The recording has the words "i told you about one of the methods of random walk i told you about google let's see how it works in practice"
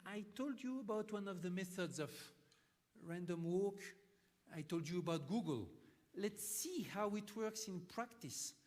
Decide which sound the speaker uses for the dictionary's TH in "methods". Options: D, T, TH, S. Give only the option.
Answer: TH